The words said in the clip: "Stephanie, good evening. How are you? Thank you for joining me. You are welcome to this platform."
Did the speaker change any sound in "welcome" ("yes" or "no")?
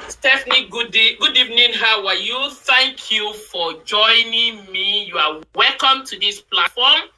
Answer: no